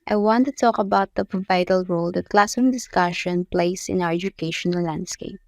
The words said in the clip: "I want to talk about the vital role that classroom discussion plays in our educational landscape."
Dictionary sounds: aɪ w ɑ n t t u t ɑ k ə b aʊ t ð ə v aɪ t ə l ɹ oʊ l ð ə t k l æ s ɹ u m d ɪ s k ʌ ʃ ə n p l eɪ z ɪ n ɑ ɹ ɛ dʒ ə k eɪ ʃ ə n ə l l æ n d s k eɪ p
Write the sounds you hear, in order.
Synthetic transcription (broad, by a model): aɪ w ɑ n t t u t ɑ k ə b aʊ t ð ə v aɪ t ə l ɹ oʊ l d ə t k l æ s u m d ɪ s k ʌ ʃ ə n p l eɪ s ɪ n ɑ w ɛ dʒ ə k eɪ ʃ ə n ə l l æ n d s k eɪ p